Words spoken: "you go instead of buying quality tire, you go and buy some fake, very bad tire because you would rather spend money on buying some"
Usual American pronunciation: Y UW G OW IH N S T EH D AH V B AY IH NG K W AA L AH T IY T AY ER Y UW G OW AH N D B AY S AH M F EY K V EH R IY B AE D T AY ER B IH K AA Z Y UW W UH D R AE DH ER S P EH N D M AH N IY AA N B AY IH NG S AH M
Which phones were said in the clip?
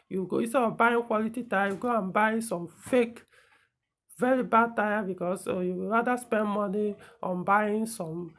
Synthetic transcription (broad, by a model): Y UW G OW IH S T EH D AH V B AY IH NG K W AA L AH T IY T AY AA Y UW G OW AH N B AY S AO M F EY K V EH R IY B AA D T AY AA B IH K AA S Y UW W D R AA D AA S P EH N D M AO N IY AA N B AY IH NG S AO M